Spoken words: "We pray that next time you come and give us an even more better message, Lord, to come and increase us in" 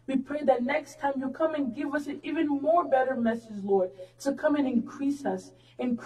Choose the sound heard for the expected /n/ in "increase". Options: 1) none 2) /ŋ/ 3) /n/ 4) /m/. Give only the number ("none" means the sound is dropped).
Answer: 3